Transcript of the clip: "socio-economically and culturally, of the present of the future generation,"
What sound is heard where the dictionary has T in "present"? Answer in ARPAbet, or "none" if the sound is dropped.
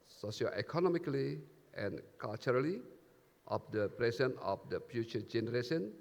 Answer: none